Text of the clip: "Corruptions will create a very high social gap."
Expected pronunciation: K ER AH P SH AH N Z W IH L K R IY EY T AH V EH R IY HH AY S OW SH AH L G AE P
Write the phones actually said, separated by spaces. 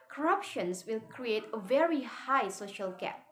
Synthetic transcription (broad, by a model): K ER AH P SH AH N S W IH L K R IY EY T AH V EH R IY HH AY S OW SH AH L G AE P